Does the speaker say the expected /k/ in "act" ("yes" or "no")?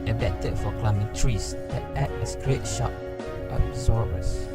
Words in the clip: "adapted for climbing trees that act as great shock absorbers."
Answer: no